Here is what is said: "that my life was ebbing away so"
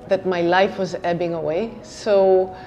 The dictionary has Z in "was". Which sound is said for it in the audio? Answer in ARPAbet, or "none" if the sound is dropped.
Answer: Z